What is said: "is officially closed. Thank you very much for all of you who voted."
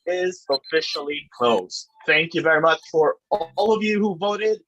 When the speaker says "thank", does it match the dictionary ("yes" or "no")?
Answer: yes